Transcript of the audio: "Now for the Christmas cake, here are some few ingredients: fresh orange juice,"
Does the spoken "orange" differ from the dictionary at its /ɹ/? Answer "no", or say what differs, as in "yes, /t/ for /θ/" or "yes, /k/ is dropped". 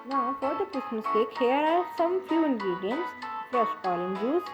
yes, /l/ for /ɹ/